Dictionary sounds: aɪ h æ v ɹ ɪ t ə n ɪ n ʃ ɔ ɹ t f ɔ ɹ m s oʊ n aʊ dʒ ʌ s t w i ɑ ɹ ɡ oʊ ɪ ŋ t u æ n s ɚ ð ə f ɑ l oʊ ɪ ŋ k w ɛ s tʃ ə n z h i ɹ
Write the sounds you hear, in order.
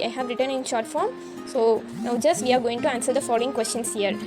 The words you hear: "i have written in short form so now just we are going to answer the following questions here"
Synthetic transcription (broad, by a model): aɪ h æ v ɹ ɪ t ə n ɪ n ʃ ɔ ɹ t f ɔ ɹ m s oʊ n aʊ dʒ ʌ s t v i ɑ ɹ ɡ oʊ ɪ ŋ t u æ n s ɚ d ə f ɑ l oʊ ɪ ŋ k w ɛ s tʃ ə n s h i ɹ